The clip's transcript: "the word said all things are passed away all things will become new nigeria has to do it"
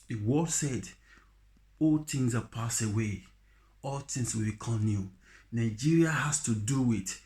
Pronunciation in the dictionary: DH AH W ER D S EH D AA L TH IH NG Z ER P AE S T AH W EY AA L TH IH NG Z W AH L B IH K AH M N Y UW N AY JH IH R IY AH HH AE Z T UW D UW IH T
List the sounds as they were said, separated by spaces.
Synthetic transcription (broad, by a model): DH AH W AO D S EH D AA L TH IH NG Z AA P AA S AH W EY AA L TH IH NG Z W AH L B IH K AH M N Y UW N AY JH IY R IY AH HH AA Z T UW D UW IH T